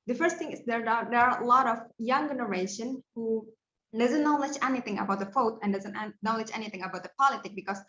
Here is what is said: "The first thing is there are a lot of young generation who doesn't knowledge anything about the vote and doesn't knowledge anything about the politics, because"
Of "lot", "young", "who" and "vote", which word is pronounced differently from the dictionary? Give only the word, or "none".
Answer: vote